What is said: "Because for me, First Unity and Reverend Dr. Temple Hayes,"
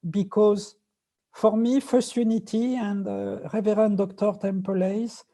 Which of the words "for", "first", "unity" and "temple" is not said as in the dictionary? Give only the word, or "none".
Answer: none